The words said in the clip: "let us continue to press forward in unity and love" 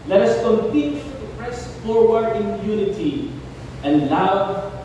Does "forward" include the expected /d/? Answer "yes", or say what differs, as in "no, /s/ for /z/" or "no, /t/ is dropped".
no, /d/ is dropped